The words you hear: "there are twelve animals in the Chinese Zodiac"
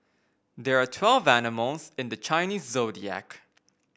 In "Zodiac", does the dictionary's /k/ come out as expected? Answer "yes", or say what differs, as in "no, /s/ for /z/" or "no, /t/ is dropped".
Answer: yes